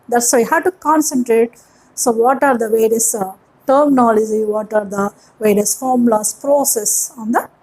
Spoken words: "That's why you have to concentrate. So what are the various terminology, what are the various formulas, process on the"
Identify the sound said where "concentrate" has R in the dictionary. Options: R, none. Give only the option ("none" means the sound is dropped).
R